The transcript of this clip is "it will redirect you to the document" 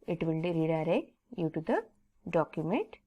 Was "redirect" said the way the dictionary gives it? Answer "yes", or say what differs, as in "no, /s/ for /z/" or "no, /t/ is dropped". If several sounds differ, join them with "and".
no, /k/ is dropped